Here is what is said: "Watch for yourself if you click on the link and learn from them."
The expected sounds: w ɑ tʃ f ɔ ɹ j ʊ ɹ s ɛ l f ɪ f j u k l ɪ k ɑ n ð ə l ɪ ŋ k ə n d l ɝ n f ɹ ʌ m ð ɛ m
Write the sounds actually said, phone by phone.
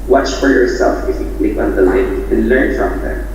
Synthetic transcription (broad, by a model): w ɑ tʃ f ɔ ɹ j ʊ ɹ s ɛ l f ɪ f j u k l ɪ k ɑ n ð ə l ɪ k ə n l ɝ n f ɹ ʌ m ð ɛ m